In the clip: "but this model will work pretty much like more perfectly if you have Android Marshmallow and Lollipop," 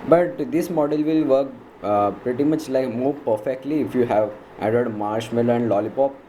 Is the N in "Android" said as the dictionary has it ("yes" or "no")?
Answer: no